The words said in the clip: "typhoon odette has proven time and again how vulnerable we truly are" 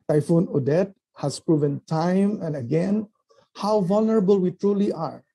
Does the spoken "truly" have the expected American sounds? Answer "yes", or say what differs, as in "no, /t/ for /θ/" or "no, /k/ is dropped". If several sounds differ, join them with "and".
yes